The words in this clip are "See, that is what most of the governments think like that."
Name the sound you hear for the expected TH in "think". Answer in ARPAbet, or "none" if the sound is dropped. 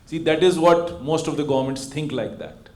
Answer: T